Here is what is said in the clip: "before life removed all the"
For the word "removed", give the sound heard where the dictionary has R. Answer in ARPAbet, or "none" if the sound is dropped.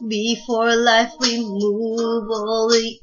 W